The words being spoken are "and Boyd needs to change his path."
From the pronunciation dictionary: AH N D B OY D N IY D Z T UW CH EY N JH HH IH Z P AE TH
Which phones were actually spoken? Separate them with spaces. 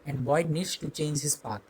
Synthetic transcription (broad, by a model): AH N D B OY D N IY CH T UW CH EY N JH HH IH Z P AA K